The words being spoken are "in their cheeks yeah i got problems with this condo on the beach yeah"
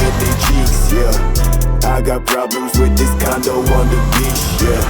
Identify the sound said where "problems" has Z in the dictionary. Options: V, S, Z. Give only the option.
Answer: Z